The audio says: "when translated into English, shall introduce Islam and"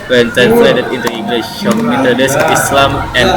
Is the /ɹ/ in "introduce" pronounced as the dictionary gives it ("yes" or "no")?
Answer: no